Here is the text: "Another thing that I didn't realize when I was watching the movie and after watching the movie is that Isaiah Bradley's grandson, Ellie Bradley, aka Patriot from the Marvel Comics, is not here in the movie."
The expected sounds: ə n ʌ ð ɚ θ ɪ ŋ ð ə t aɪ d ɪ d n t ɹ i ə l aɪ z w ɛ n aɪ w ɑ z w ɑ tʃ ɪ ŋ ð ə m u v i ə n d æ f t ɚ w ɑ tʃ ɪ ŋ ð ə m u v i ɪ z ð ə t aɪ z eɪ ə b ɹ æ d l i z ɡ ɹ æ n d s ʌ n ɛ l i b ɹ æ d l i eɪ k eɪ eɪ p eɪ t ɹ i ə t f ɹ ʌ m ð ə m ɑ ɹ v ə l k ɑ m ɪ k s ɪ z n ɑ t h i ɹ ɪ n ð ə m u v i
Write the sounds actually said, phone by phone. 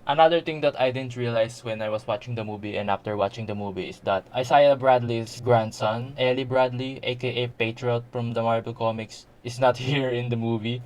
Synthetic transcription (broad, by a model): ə n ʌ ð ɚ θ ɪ ŋ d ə t aɪ d ɪ d n t ɹ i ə l aɪ s w ɛ n aɪ w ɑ s w ɑ tʃ ɪ ŋ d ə m u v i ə n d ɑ f t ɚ w ɑ tʃ ɪ ŋ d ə m u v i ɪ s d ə t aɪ s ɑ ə b ɹ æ d l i s ɡ ɹ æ n d s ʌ n ɛ l i b ɹ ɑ d l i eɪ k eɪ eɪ p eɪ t ɹ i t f ɹ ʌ m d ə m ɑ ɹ b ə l k ɑ m ɪ k s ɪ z n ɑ t h i ɹ ɪ n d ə m u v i